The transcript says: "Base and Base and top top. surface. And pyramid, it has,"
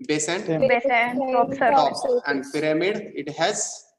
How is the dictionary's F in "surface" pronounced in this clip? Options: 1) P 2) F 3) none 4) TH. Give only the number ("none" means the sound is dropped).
3